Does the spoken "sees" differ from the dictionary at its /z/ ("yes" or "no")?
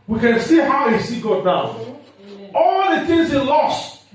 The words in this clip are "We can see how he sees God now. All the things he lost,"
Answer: yes